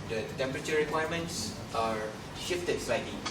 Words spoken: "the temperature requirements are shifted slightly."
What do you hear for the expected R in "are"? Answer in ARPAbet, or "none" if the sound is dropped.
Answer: R